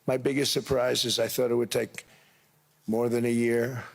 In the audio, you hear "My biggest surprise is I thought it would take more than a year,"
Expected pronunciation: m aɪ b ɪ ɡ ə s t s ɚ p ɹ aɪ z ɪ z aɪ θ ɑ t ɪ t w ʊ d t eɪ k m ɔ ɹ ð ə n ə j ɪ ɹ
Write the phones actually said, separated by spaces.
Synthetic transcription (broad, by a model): m aɪ b ɪ ɡ ə s t s ɚ p ɹ aɪ z ɪ z aɪ θ ɑ t ɪ t w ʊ d t eɪ k m ɔ ɹ ð ə n ə j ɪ ɹ